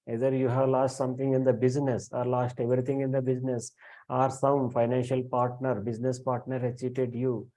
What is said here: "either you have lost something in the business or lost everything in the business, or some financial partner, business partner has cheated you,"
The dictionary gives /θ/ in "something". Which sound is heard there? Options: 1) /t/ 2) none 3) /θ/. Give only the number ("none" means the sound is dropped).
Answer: 1